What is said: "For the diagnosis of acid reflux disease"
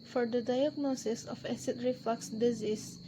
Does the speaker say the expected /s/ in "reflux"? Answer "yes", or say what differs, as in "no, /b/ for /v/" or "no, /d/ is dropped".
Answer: yes